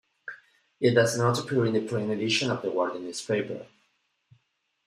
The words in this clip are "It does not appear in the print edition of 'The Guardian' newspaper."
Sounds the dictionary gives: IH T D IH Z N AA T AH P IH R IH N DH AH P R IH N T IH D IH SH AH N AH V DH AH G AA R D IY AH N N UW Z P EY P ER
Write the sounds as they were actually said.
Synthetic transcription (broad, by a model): IH T D IH Z N AA T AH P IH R IH N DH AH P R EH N IH D IH SH AH N AH V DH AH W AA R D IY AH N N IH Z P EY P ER